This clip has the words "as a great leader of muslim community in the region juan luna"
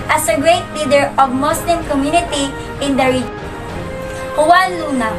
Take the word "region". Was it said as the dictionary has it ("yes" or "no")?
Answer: no